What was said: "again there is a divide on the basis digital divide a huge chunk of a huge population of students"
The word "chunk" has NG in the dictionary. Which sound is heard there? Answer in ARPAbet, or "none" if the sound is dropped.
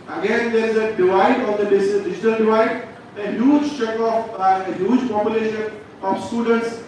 none